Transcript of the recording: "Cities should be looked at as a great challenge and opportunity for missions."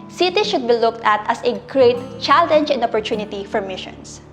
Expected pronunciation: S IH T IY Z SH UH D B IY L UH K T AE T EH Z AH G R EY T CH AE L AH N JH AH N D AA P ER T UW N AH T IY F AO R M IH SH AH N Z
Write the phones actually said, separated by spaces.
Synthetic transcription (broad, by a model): S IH T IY SH UH D B IY L UH K T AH T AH S AH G R EY T CH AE L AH N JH AH N D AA P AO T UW N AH T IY F AO R M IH SH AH N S